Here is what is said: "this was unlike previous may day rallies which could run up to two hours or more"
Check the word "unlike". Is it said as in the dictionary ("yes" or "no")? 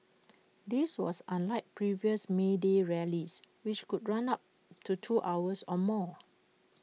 yes